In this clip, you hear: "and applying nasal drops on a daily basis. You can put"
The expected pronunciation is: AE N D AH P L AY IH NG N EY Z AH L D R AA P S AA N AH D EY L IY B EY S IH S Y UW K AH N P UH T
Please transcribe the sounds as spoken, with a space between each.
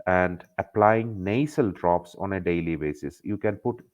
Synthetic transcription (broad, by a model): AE N D AH P L AY IH NG N EY S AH L D R AA P S AA N AH D EY L IY B EY S IH S Y UW K AH N P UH T